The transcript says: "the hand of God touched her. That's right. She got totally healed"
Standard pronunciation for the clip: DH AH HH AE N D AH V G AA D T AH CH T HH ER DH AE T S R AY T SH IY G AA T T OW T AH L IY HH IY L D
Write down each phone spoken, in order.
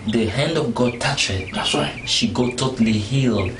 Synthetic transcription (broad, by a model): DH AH HH AE N D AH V G AA D T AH CH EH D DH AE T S W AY SH IY G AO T T OW T AH L IY HH IY L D